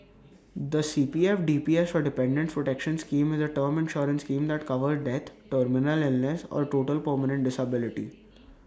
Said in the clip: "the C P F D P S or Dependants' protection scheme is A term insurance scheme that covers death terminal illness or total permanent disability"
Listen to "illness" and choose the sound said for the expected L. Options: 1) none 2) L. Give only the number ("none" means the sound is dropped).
2